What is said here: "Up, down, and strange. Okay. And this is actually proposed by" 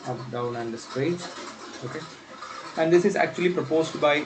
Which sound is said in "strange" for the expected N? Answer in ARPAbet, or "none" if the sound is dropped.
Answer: none